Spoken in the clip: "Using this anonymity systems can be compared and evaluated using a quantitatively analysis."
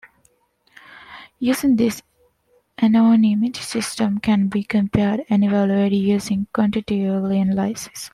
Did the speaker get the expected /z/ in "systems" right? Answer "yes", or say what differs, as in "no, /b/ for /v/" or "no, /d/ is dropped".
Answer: no, /z/ is dropped